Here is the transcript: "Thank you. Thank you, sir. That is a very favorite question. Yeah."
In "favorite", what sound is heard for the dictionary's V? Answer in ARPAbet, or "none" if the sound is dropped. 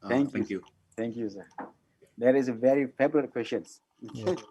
B